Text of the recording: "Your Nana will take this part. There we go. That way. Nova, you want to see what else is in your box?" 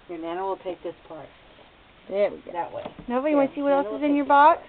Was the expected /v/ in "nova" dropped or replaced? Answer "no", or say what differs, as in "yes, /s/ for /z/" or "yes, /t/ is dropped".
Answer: yes, /b/ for /v/